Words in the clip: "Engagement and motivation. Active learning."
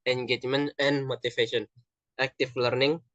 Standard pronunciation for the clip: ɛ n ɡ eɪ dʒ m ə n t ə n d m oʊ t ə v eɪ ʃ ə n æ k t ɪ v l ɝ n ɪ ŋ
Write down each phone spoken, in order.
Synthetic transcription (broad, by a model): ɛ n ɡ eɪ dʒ m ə n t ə n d m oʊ t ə f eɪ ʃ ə n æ k t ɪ f l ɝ n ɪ ŋ